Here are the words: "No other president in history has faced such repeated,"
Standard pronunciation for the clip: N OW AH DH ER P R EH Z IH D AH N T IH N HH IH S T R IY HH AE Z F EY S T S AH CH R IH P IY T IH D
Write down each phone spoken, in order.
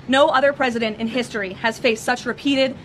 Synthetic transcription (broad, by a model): N OW AH DH ER P R EH Z IH D AH N T IH N HH IH S T R IY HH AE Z F EY S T S AH CH R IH P IY T IH D